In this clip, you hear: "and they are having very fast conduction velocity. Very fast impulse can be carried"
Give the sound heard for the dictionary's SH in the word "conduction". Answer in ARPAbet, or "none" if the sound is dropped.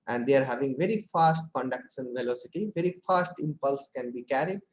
S